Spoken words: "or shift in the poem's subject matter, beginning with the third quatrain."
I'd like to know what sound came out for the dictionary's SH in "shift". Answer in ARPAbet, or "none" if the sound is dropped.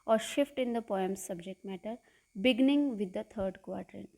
SH